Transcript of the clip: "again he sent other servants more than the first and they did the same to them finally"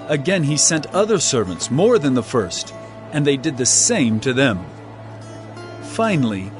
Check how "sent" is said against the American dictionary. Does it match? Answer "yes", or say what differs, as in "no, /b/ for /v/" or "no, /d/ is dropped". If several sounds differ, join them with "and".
yes